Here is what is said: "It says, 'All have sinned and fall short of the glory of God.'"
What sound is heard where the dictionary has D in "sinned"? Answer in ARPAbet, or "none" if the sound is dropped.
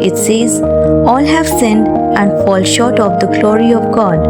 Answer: D